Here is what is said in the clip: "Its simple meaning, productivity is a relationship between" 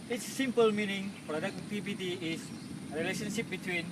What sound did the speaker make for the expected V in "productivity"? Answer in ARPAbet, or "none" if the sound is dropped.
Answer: B